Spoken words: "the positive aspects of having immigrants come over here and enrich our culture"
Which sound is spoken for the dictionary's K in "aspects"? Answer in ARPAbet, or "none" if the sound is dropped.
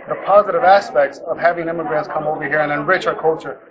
K